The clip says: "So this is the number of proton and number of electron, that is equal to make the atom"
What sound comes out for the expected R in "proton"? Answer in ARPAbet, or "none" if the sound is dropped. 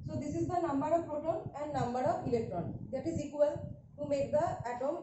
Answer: none